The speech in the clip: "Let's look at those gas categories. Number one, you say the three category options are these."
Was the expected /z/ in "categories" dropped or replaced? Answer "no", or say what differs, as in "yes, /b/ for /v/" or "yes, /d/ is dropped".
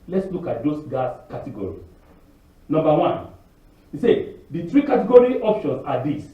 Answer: yes, /z/ is dropped